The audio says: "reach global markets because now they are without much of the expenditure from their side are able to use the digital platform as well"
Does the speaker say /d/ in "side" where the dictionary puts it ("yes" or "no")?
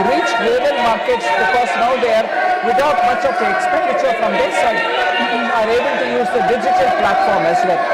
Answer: no